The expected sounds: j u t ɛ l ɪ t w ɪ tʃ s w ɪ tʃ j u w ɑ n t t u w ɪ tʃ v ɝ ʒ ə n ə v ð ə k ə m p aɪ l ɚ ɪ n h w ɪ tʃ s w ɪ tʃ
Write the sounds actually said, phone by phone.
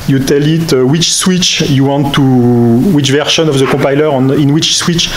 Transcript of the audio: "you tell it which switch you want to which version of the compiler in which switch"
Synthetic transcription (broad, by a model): j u t ɛ l ɪ t w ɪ tʃ s w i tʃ j u w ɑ n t t u w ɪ tʃ v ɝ ʃ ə n ə v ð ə k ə p aɪ l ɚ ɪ n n w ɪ tʃ s w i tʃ